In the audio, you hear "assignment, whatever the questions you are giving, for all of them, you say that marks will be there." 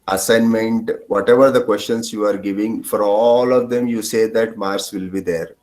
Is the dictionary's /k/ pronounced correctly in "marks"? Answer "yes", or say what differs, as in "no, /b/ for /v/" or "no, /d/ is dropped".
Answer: no, /k/ is dropped